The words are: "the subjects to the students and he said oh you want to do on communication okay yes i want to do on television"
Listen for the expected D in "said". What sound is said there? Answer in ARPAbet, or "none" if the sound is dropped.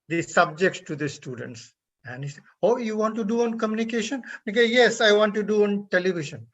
none